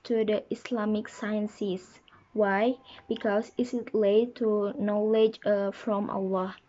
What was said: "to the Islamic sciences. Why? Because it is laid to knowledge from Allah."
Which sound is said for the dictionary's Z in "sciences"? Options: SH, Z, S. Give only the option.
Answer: S